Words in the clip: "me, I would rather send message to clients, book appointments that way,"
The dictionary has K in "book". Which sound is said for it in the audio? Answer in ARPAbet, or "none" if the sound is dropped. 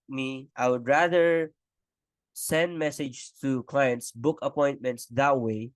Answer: K